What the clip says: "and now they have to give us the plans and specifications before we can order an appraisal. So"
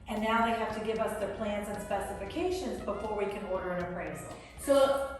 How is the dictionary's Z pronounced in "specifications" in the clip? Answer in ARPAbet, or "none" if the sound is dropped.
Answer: Z